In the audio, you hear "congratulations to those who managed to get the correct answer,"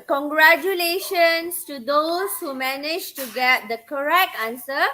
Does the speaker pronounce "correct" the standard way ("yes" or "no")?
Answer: yes